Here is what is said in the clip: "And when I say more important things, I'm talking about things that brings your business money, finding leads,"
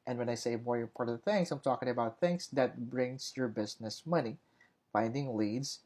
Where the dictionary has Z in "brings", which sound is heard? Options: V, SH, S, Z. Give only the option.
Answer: S